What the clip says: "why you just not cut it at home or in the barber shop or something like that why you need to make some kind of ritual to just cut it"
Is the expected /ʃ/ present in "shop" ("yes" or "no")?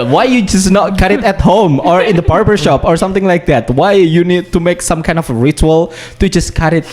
yes